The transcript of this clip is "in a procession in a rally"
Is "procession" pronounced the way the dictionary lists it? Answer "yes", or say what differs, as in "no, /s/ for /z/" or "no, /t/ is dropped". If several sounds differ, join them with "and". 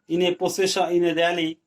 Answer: no, /ɹ/ is dropped and /n/ is dropped